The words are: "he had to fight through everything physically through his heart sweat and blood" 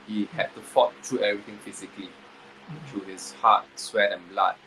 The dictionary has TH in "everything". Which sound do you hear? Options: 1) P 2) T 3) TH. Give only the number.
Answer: 2